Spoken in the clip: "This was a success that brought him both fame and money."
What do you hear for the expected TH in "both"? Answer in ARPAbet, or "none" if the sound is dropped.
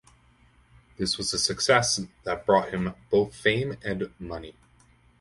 TH